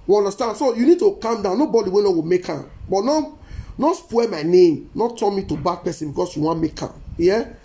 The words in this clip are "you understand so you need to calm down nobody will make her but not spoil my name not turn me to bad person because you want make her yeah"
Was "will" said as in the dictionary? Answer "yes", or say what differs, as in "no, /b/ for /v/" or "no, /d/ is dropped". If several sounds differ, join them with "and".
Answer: no, /w/ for /l/